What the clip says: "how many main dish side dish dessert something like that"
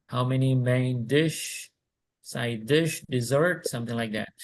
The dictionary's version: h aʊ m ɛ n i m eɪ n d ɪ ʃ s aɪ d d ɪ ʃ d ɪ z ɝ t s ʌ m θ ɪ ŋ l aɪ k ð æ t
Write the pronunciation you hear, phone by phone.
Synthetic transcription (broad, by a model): h aʊ m ɛ n i m eɪ n d ɪ ʃ s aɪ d d ɪ ʃ d ɪ z ɝ t s ʌ m θ ɪ ŋ l aɪ k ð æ t